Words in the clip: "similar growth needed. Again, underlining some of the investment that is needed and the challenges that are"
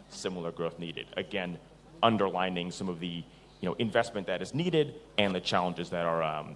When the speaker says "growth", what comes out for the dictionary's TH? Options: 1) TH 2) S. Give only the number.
1